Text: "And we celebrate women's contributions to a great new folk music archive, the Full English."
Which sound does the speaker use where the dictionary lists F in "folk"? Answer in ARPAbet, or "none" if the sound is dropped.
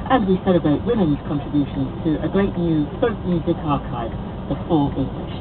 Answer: P